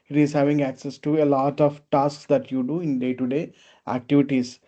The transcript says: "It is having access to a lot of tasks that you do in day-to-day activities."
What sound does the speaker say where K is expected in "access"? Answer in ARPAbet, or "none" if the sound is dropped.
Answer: K